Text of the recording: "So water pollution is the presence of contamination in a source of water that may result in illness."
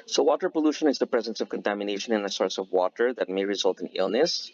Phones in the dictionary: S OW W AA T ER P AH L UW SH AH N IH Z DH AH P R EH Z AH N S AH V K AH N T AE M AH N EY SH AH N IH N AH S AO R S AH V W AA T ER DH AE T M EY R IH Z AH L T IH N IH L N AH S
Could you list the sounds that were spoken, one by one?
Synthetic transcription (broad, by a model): S OW W AA T ER P AH L UW SH AH N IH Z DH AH P R EH Z AH N S AH V K AH N T AE M AH N EY SH AH N IH N AH S AO R S AH V W AA T ER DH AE T M EY R IH Z AH L T IH N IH L N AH S